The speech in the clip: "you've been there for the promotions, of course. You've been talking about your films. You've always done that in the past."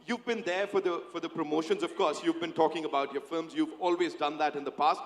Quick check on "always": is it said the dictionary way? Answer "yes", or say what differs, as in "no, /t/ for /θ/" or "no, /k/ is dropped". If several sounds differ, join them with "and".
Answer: yes